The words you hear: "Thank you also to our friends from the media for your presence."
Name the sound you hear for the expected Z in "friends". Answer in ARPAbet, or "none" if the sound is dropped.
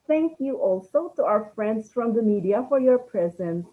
S